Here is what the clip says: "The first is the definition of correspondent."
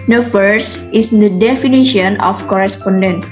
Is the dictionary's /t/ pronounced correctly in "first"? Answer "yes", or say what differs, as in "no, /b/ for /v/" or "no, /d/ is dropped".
no, /t/ is dropped